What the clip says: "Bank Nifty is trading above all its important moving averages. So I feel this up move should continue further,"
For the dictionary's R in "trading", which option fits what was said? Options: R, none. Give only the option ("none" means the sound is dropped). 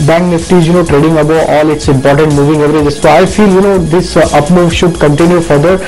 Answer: R